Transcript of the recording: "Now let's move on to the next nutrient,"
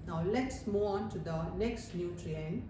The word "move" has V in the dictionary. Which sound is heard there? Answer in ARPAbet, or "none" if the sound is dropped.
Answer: none